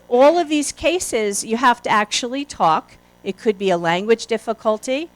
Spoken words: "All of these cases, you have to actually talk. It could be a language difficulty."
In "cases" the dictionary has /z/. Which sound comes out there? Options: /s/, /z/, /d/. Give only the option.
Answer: /z/